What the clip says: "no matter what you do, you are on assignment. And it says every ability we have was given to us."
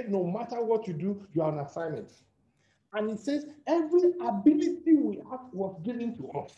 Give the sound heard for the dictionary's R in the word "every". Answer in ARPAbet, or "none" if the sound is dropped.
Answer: R